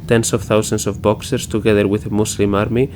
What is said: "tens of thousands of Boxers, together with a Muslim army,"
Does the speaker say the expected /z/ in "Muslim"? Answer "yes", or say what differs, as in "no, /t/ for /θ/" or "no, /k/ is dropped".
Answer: no, /s/ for /z/